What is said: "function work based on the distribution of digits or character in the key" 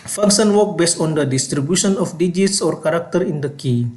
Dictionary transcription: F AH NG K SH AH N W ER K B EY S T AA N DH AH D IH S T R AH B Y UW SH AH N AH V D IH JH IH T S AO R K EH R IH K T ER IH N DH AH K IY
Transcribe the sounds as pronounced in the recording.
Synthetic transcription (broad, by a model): F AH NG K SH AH N W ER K B EY S T AA N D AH D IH S T R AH B Y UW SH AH N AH F D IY JH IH T S AO R K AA R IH K T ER IH N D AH K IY